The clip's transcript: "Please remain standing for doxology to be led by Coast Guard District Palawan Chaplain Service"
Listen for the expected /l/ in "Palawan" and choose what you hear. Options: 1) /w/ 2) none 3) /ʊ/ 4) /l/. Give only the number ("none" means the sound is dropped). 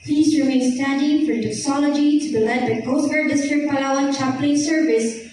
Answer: 2